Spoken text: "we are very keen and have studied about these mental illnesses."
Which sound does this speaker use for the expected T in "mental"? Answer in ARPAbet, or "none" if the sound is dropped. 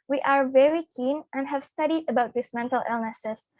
T